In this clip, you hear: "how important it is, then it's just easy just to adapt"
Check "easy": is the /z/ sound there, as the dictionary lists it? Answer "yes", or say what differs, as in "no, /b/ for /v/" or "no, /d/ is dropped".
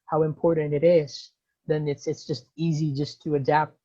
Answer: yes